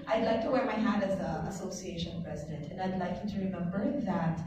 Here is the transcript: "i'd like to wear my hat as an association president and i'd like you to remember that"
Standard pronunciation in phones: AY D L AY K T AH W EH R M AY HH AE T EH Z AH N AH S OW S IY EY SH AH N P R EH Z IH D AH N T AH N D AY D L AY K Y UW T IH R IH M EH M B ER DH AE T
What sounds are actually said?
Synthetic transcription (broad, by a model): AY D L AY K T AH W EH R M AY HH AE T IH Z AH AH S OW S IY EY SH AH N P R EH Z IH D AH N T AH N AY D L AY K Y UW T IH R IH M EH M B ER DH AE T